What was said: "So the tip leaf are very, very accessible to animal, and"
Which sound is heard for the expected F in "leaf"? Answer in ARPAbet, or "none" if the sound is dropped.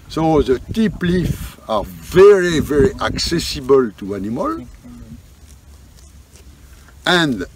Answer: F